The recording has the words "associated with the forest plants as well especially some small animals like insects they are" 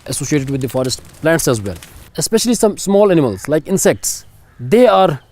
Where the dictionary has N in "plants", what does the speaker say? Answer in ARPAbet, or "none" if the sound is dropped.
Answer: N